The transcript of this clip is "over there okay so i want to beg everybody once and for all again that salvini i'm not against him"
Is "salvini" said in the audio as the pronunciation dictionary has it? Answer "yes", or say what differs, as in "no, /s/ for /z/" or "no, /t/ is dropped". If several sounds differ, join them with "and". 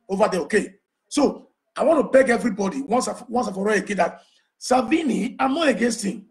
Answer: no, /l/ is dropped